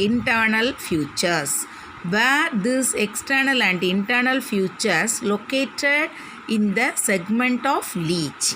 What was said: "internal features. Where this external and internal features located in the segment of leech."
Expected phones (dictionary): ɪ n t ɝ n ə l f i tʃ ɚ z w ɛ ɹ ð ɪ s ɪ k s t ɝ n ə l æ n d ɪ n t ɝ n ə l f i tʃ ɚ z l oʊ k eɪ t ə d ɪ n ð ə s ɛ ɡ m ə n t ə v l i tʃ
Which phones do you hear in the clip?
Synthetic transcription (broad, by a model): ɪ n t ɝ n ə l f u tʃ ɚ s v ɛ ɹ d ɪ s ɪ k s t ɝ n ə l æ n d ɪ n t ɝ n ə l f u tʃ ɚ s l oʊ k eɪ t ə d ɪ n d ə s ɛ ɡ m ə n t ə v l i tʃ